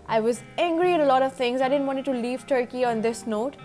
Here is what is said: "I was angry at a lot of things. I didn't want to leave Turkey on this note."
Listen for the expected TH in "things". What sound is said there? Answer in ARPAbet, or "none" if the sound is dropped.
T